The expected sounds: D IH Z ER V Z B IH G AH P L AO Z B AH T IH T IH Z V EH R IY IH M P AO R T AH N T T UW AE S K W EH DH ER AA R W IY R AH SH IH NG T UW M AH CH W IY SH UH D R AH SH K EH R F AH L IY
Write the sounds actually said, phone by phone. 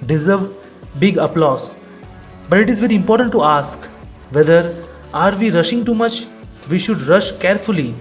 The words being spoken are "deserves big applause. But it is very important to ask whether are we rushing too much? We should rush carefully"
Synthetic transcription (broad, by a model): D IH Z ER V B IH G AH P L AO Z B AH T IH T IH Z V EH R IY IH M P AO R T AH N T T UW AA S K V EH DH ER AA R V IY R AH SH IH NG T UW M AH CH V IY SH UH D R AH SH K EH R F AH L IY